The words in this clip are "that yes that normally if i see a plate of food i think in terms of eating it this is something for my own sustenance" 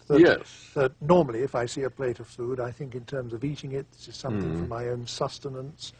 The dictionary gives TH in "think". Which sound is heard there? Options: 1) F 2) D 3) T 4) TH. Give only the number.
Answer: 4